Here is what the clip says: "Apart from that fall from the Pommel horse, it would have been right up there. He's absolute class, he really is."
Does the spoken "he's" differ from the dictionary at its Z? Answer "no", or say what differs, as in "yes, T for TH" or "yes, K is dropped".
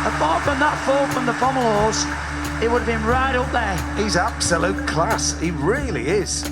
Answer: no